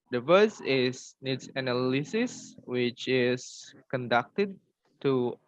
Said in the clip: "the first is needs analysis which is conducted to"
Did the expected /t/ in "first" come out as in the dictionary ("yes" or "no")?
no